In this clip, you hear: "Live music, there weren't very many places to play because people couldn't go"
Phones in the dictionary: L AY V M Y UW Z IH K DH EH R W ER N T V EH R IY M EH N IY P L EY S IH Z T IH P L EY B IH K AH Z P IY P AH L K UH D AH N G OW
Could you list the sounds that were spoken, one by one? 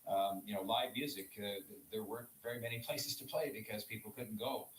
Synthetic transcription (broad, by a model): L AY V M Y UW Z IH K DH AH R W ER N T V EH R IY M EH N IY P L EY S IH Z T IH P L EY B IH K AH Z P IY P L K UH D N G OW